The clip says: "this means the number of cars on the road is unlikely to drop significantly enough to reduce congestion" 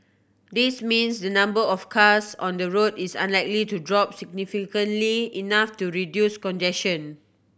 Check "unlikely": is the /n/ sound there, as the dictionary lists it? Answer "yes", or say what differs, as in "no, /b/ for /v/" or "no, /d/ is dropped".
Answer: yes